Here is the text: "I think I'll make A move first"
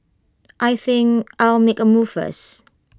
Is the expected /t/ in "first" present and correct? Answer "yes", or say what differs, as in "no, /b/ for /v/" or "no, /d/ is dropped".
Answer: no, /t/ is dropped